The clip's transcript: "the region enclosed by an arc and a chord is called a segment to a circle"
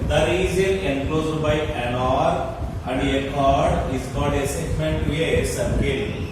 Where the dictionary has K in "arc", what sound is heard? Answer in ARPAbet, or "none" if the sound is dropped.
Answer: none